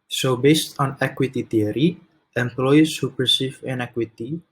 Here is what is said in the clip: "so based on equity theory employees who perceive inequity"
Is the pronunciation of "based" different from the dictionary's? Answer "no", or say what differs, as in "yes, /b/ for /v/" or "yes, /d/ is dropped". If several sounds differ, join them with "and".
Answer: no